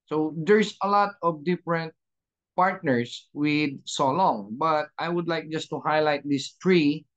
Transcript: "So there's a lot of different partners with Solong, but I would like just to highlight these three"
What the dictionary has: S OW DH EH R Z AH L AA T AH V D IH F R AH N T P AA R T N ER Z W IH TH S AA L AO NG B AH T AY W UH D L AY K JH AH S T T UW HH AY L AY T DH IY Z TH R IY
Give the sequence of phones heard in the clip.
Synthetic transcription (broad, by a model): S OW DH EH R S AH L AA T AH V D IH F R AH N T P AA R T N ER S W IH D S AA L AO NG B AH T AY W UH D L AY K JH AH S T T UW HH AY L AY T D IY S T R IY